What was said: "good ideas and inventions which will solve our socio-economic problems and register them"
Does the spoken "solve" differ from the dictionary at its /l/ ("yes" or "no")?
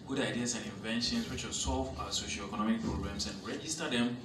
no